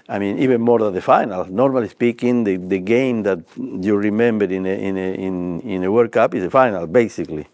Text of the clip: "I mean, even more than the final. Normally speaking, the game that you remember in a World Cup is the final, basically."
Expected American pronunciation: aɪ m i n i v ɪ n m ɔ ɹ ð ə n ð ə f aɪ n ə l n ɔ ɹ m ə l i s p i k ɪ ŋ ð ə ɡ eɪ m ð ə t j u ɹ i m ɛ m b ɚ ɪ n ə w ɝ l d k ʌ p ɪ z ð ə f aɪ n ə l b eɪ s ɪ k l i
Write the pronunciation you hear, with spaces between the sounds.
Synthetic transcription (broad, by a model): aɪ m i n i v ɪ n m ɔ ɹ ð ə n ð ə f aɪ n ə l n ɔ ɹ m ə l i s p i k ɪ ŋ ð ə ɡ eɪ m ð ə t j u ɹ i m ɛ m b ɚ ɪ n ə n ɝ w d k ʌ p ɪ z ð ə f aɪ n ə l b eɪ s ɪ k l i